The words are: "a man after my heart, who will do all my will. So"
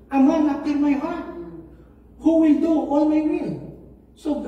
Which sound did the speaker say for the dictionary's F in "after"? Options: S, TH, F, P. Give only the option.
P